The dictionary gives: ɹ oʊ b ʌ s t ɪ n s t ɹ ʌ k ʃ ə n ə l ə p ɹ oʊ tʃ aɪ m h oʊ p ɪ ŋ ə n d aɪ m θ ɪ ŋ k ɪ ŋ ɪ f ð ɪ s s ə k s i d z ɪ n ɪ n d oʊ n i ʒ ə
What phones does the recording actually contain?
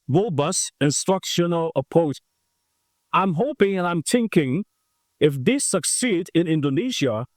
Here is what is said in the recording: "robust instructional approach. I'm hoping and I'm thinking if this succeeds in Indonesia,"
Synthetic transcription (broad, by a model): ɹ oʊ b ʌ s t ɪ n s t ɹ ʌ k ʃ ə n ə l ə p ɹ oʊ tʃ aɪ m h oʊ p ɪ ŋ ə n aɪ m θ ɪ ŋ k ɪ ŋ ɪ f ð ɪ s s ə k s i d ɪ n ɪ n d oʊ n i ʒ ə